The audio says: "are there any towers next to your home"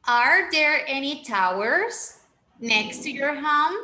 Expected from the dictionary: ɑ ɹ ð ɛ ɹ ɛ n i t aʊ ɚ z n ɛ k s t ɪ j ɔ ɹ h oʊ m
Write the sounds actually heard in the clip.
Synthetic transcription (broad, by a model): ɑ ɹ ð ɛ ɹ ɛ n i t aʊ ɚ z n ɛ k s t ɪ j ɔ ɹ h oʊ m